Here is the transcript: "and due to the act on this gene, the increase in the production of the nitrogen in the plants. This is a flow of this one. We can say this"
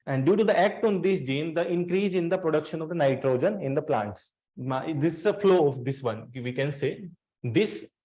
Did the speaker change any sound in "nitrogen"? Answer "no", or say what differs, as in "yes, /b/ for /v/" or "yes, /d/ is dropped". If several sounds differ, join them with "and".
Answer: no